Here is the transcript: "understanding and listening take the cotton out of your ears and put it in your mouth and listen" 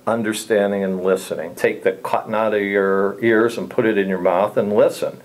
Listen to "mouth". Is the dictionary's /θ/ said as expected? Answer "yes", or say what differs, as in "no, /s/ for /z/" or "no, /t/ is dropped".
yes